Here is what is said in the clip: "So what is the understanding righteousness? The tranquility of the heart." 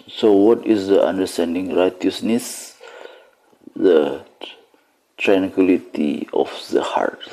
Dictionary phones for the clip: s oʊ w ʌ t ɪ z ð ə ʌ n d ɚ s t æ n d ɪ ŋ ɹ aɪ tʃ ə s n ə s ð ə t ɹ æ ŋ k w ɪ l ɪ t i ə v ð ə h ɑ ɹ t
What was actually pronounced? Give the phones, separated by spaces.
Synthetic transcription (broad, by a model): s oʊ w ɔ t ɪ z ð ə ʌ n d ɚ s t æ n d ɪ ŋ ɹ aɪ tʃ ə s n ə s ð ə t ɹ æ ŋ k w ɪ l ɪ t i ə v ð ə h ɑ ɹ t